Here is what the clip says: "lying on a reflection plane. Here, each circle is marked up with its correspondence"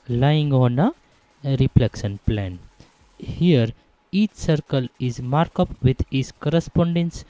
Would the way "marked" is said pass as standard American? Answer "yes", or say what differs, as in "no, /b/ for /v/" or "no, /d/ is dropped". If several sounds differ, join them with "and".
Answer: no, /t/ is dropped